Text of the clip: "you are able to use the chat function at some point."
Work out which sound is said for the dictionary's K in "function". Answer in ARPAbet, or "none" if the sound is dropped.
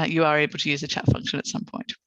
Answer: K